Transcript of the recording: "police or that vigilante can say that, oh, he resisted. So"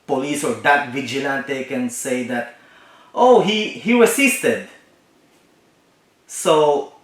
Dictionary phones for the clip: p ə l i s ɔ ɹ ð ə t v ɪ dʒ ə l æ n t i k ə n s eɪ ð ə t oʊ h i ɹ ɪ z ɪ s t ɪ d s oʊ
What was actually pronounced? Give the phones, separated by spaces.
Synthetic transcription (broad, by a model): p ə l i s ɔ ɹ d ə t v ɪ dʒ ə l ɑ n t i k ə n s eɪ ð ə t oʊ h i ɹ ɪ s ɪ s t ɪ d s oʊ